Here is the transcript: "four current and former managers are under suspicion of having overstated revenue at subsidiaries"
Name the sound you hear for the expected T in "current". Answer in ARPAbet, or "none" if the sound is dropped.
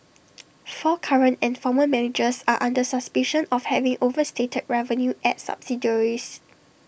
T